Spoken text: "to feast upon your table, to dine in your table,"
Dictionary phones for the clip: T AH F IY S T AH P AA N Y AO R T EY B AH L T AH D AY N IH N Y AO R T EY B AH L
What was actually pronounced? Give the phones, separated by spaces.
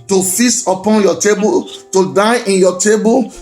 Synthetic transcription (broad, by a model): T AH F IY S AH P AA N Y AO T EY B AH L T AH D AY IH N Y AO T EY B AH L